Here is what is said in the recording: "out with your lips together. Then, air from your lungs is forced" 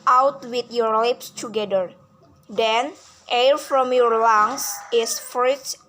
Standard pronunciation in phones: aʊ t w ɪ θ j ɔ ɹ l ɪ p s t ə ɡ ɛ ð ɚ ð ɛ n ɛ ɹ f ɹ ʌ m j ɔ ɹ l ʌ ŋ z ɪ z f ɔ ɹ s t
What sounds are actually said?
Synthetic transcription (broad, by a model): aʊ t w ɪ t j ɔ ɹ l ɪ p s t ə ɡ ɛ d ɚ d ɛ n ɛ ɹ f ɹ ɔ m j ɔ ɹ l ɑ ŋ s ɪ s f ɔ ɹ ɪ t